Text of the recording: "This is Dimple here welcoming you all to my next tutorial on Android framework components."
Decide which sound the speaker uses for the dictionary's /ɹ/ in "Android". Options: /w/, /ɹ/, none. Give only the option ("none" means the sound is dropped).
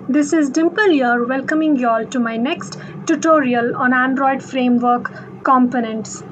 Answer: /ɹ/